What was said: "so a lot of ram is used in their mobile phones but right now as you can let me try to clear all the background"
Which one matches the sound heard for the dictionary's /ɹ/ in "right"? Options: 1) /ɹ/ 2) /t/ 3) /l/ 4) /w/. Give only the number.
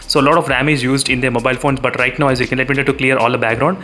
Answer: 1